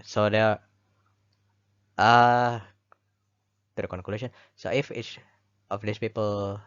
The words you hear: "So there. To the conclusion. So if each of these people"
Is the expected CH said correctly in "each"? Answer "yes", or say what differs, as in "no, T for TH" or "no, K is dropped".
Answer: no, S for CH